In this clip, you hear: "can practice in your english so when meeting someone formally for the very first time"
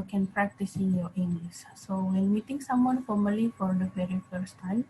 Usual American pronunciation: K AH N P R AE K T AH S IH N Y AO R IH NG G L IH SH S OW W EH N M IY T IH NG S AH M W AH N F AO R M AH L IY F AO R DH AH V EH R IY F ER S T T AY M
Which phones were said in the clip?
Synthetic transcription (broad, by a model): K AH N P R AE K T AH S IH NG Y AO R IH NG G L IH S S OW W EH N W IY T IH NG S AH M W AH N F AO R M AH L IY F AO R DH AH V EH R IY F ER S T T AY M